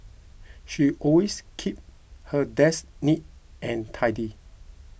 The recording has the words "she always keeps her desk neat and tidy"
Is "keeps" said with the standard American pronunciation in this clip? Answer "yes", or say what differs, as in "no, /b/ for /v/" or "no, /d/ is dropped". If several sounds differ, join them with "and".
no, /s/ is dropped